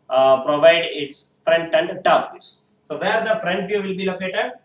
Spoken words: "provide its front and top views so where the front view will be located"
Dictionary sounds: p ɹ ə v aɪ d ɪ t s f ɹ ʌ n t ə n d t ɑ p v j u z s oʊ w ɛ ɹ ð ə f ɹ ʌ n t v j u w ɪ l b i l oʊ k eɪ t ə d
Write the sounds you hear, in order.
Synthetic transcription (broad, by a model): p ɹ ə v aɪ d ɪ t s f ɹ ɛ n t ə n d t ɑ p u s s oʊ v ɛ ɹ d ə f ɹ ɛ n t v j u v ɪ l b i l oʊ k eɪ t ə d